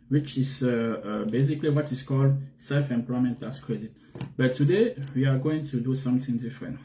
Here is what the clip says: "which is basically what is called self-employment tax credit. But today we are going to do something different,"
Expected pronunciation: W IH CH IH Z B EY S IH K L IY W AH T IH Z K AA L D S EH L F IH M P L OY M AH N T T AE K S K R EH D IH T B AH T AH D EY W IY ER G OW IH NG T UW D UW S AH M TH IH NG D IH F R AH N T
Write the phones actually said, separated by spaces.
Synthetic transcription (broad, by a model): W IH CH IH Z B EY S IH K L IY W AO T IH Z K AA L D S EH L F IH M P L OY M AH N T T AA S K R EH D IH T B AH T AH D EY W IY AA G OW IH NG T UW D UW S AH M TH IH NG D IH F R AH N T